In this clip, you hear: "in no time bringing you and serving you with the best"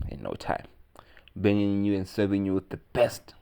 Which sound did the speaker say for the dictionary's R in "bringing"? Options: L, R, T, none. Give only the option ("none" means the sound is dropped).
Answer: none